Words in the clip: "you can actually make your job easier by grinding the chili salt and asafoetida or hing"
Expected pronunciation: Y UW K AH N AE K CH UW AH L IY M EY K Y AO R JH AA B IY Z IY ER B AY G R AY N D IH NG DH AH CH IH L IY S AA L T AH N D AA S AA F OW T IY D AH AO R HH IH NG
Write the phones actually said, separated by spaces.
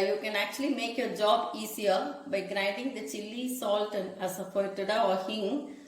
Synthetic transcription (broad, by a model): Y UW K AH N AE K CH UW AH L IY M EY K Y AO R JH AA B IY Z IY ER B AY G R AY N D IH NG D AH CH IH L IY S AA L T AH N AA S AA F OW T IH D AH AO R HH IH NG